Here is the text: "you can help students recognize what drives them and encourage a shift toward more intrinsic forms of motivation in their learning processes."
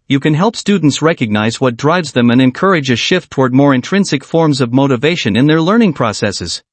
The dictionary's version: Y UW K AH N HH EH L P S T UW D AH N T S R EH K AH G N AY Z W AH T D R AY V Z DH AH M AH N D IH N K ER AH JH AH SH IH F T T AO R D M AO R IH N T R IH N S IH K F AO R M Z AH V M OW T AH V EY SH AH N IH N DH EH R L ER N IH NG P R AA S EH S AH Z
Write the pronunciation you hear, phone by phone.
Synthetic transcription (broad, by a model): Y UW K AH N HH EH L P S T UW D N T S R EH K AH G N AY Z W AH T D R AY V Z DH AH M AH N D IH N K ER AH JH AH SH IH F T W AO R D M AO R IH N T R IH N S IH K F AO R M Z AH V M OW T AH V EY SH AH N IH N DH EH R L ER N IH NG P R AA S EH S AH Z